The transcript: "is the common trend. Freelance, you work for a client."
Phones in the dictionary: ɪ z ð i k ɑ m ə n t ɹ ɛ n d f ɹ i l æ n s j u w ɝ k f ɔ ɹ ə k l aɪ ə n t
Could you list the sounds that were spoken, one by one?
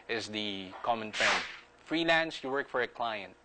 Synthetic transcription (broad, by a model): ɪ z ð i k ɑ m ə n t ɛ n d f ɹ i l æ n s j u w ɝ k f ɔ ɹ ə k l aɪ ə n t